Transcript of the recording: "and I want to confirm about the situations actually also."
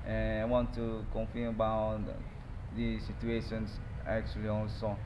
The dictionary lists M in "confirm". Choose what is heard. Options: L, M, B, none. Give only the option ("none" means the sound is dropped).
none